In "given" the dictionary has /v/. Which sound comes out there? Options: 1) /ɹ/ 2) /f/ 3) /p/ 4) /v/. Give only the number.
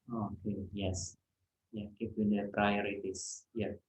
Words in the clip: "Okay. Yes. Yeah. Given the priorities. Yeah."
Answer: 3